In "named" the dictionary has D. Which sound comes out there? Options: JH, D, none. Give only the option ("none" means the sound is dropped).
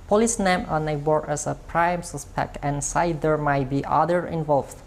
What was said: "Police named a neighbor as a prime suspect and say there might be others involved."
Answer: none